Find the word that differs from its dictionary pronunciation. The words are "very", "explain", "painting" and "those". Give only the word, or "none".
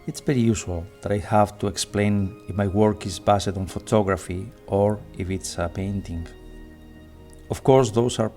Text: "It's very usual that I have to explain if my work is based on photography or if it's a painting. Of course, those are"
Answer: those